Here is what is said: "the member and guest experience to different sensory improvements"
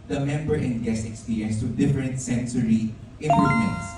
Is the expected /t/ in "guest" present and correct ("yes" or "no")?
no